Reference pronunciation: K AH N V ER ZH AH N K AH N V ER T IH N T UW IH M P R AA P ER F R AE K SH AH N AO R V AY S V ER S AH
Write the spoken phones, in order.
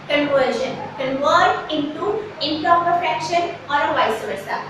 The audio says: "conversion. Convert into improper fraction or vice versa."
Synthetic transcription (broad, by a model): K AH N V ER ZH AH N K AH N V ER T IH N T UW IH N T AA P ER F EH K SH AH N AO R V AY S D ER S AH